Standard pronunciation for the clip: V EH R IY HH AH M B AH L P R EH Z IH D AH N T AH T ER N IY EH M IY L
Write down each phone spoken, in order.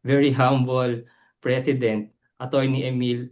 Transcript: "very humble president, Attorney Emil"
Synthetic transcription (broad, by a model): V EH R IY HH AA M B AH L P R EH S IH D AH N T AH T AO N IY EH M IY L